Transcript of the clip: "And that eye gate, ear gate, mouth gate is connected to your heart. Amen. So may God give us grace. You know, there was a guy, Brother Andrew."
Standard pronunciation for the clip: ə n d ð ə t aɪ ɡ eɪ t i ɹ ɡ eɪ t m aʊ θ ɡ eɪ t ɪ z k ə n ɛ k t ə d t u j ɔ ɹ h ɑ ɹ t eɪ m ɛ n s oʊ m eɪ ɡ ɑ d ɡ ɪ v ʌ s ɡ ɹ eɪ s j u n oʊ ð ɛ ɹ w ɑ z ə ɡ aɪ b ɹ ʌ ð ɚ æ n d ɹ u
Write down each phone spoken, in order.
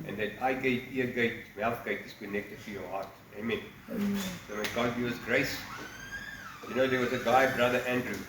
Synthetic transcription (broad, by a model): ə n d ð ə t aɪ ɡ eɪ t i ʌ ɡ eɪ t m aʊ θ ɡ eɪ t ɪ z k ə n ɛ k t ə d t u j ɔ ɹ h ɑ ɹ t eɪ m ɛ n s oʊ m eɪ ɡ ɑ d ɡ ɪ ʌ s ɡ ɹ eɪ s j u n oʊ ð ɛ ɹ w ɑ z ə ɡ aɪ b ɹ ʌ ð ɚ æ n d ɹ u